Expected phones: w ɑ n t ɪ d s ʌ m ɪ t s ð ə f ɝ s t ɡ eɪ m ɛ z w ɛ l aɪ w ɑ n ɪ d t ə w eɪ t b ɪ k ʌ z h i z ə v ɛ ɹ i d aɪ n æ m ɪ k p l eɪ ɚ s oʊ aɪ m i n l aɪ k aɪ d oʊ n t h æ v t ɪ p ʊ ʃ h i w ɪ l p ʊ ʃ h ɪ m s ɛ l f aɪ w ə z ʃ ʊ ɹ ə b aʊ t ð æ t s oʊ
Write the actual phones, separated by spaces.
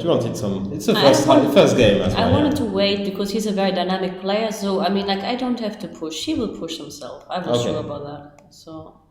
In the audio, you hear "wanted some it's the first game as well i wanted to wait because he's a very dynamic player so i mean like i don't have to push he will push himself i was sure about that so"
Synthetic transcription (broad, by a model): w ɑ n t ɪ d s ʌ m ɪ t s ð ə f ɝ s t ɡ eɪ m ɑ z aɪ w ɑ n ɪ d t ə w eɪ t b ɪ k ʌ z h i z ə v ɛ ɹ i d aɪ n æ m ɪ k p l eɪ ɚ s oʊ aɪ m i n l aɪ k aɪ d oʊ n t h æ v t ɪ p ʊ ʃ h i w ɪ l p ʊ ʃ h ɪ m s ɛ l f aɪ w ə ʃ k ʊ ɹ ə b aʊ t ð æ t s oʊ